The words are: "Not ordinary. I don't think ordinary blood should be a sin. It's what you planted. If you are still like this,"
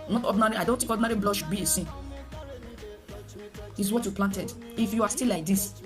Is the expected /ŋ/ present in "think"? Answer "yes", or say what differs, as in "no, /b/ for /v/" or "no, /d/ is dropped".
no, /ŋ/ is dropped